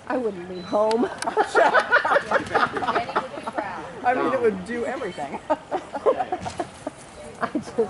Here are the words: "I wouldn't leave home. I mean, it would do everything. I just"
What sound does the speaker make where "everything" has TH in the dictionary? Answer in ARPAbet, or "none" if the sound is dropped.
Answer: TH